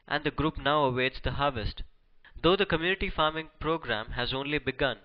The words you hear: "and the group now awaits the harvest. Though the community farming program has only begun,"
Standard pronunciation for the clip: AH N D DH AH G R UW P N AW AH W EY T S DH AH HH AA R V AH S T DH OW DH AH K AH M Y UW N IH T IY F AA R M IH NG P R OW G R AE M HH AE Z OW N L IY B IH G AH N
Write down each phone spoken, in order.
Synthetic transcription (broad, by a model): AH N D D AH G R UW P N AW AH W EY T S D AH HH AA R V AH S T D OW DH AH K AH M Y UW N IH T IY F AA R M IH NG P R OW G R AE M HH AE Z OW N L IY B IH G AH N